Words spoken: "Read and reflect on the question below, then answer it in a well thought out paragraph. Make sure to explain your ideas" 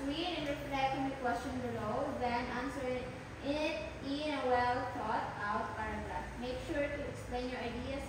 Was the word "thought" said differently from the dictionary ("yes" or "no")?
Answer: yes